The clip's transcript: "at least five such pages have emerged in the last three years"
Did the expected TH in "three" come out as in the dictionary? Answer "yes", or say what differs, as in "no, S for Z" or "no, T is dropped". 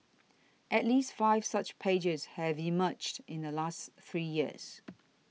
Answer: yes